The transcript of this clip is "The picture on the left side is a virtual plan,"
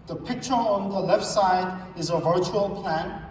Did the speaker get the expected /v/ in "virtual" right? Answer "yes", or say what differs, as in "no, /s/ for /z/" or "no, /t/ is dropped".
yes